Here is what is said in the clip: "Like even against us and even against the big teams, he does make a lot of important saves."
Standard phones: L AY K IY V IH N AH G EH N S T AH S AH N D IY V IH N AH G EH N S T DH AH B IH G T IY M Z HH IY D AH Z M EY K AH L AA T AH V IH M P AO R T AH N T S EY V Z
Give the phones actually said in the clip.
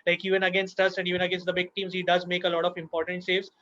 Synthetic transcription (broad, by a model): L AY K IY V IH N AH G EH N S T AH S AH N D IY V IH N AH G EH N S T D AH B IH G T IY M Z HH IY D AH Z M EY K AH L AA T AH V IH M P AO R T AH N T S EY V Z